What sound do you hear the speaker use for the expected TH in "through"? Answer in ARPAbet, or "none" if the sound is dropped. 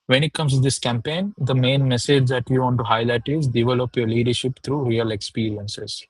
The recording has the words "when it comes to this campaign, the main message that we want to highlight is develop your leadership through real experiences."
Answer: T